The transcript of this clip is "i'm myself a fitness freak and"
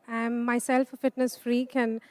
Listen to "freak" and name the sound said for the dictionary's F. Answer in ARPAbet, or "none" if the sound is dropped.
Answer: F